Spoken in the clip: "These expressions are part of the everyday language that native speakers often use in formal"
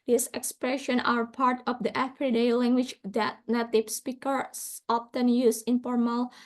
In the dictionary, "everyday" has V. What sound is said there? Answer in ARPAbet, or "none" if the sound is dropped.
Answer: F